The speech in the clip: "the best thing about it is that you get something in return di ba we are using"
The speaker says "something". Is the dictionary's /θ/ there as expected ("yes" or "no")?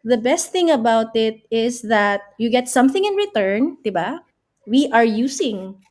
yes